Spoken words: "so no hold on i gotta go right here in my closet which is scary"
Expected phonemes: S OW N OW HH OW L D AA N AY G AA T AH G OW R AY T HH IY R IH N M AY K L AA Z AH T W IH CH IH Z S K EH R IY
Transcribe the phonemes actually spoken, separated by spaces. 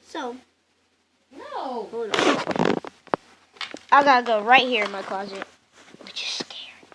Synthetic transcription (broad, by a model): S OW N OW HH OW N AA AY G AA T AH G OW R AY T HH IY R IH N M AY K L AA Z AH T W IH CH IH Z S K EH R